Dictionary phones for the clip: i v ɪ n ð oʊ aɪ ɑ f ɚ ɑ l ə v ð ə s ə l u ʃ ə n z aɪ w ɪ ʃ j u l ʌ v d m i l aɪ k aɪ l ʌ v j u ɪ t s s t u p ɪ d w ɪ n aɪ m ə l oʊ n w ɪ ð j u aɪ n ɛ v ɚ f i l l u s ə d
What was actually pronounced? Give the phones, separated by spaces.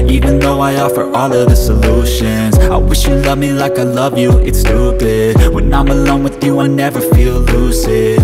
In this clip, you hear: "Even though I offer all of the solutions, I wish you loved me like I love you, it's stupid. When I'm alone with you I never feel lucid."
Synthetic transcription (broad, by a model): i v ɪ n ð oʊ aɪ ɑ f ɚ ɑ l ə v ð ə s ə l u ʃ ə n z aɪ w ɪ ʃ j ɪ l ʌ v m i l aɪ k aɪ l ʌ v j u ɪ t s s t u b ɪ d w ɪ n aɪ m ə l oʊ n w ɪ ð j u aɪ n ɛ v ɚ f i l l u s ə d